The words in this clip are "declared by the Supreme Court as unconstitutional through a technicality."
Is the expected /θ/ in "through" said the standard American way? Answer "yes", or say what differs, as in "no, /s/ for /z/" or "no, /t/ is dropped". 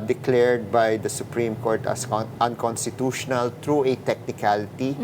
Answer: no, /t/ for /θ/